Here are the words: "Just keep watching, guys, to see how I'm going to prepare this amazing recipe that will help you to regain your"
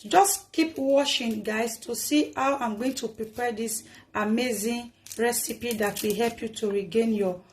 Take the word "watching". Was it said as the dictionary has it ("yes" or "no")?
no